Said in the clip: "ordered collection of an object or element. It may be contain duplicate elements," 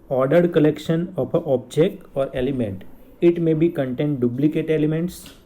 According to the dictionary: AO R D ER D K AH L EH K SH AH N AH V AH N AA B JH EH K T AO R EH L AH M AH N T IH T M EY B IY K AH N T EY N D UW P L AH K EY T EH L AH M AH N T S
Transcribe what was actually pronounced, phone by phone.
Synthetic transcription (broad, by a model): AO R D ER D K AH L EH K SH AH N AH P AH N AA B JH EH K T AO R EH L AH M AH N T IH T M EY B IY K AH N T EY N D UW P L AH K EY T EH L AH M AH N T S